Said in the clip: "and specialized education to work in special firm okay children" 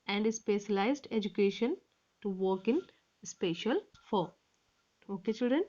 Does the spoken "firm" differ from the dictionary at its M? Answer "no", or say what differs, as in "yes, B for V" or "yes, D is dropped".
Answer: yes, M is dropped